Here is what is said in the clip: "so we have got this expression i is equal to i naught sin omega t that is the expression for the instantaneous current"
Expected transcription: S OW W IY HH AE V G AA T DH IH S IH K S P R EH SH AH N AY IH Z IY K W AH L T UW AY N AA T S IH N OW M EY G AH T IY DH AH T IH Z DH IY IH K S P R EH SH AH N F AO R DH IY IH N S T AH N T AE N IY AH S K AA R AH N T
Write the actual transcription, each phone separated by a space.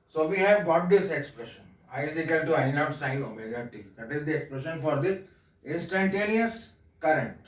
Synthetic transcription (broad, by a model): S OW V IY HH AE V G AA T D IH S IH K S P R EH SH AH N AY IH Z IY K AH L T UW AY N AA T S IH OW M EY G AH T IY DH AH T IH Z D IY IH K S P R EH SH AH N F AO R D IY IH N S T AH N T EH N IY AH S K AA R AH N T